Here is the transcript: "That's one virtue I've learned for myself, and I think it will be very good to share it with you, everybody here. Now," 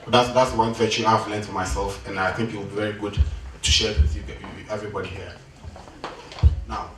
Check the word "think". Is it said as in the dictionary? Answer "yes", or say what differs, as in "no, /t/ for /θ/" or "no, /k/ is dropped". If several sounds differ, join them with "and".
yes